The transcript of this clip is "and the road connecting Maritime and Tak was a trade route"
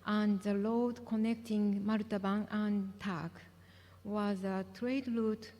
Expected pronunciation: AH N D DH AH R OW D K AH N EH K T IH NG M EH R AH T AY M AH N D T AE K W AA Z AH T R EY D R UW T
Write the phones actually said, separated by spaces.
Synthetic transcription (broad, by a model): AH N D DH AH L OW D K AH N EH K T IH NG M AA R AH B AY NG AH N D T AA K W AA Z AH T R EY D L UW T